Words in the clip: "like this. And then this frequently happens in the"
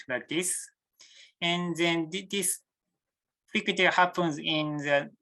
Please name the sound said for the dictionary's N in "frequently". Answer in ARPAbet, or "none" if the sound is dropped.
none